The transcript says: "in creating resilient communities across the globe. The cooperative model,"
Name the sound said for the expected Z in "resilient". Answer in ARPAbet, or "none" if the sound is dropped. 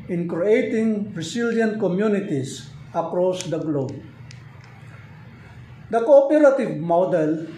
S